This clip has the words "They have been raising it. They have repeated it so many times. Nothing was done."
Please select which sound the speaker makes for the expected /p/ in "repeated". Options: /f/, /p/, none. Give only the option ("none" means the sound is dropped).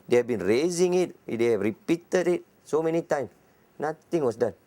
/p/